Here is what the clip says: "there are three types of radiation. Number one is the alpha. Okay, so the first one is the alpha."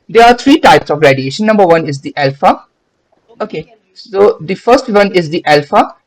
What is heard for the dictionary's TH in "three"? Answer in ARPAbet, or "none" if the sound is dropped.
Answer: T